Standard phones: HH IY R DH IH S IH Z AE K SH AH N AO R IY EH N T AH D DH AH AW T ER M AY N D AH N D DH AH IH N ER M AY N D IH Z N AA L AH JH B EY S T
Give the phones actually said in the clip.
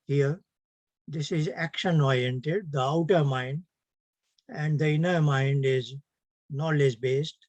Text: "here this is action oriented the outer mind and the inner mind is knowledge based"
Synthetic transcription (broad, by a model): HH IY R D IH S IH Z AE K SH AH N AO R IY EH N T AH D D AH AW T ER M AY N D AH N D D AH IH N ER M AY N D IH Z N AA L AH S B EY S T